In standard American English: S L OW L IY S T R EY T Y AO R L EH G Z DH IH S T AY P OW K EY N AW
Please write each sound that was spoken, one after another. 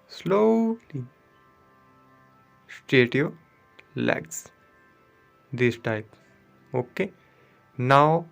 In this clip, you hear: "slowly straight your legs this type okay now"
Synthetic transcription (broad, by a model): S L OW L IY S T EY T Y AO L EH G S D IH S T AY P OW K EY N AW